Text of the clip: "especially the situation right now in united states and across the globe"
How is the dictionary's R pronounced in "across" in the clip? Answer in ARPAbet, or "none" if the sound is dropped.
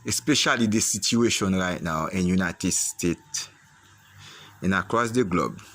R